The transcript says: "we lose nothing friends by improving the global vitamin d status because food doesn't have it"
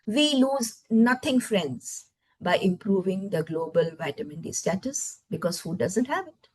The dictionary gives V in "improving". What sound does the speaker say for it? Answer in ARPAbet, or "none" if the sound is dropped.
V